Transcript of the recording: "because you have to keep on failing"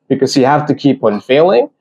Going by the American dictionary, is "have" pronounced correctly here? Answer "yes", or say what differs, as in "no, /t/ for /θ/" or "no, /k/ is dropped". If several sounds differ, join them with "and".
no, /f/ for /v/